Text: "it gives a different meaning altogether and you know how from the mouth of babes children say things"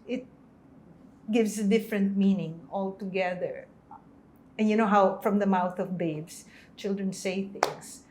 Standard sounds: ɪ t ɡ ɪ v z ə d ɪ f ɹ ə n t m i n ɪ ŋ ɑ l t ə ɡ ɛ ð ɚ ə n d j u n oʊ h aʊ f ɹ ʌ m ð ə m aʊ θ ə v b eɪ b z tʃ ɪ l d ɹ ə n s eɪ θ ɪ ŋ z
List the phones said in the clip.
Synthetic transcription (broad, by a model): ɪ t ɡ ɪ v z ə d ɪ f ɹ ə n t m i n ɪ ŋ ɑ l t ə ɡ ɛ ð ɚ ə n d j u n oʊ h aʊ f ɹ ʌ m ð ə m aʊ θ ə v b eɪ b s tʃ ɪ l d ɹ ə n s eɪ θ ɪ ŋ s